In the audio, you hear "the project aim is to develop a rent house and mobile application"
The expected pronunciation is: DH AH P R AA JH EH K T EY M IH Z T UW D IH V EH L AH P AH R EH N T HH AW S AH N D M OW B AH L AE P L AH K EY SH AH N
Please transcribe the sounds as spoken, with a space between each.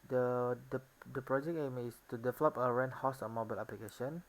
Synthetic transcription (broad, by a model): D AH P R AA JH EH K EY M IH S T UW D IH V EH L AH P AH R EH N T HH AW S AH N M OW B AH L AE P L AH K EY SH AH N